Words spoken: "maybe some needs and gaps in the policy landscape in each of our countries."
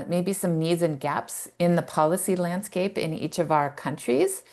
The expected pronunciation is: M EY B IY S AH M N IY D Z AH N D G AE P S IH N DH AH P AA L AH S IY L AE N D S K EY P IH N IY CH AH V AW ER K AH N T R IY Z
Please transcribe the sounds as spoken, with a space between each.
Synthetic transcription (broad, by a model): M EY B IY S AH M N IY D Z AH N G AE P S IH N DH AH P AA L AH S IY L AE N D S K EY P IH N IY CH AH V AW ER K AH N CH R IY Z